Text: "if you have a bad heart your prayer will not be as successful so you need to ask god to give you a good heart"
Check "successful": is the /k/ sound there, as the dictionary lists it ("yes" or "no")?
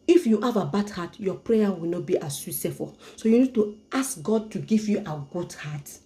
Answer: no